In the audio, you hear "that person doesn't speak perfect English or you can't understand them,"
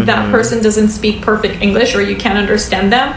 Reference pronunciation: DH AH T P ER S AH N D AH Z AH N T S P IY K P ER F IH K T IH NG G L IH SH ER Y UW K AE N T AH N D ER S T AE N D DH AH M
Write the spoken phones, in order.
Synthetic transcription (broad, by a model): DH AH T P ER S AH N D AH Z AH N T S P IY K P ER F IH K T IH NG G L IH SH ER Y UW K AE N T AH N D ER S T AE N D DH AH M